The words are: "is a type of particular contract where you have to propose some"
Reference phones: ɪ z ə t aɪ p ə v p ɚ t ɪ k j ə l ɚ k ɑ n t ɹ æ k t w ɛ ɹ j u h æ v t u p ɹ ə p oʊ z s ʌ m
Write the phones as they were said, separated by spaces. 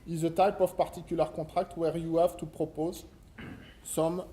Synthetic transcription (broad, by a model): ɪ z ə t aɪ p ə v p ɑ t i k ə l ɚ k ɑ t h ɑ k t w ɛ ɹ j u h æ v t u p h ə p oʊ z s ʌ m